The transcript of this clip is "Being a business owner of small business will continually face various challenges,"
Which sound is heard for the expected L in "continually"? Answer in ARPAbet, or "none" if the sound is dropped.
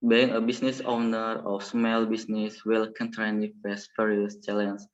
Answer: N